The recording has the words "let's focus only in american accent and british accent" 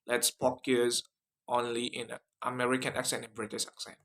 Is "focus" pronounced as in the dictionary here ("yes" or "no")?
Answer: no